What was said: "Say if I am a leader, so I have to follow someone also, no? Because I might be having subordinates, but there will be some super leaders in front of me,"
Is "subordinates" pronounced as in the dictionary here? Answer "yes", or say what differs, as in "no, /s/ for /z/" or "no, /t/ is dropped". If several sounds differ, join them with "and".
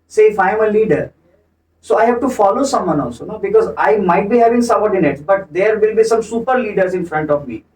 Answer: no, /b/ is dropped